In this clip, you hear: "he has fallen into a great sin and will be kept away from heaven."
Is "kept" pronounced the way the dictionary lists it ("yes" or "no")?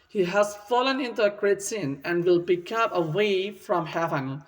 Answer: no